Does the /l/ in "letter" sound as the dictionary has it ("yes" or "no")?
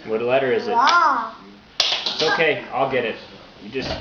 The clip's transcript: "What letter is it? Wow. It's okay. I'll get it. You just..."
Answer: yes